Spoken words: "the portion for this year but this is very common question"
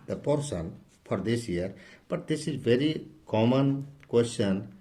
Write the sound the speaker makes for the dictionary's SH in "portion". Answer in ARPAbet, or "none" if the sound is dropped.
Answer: S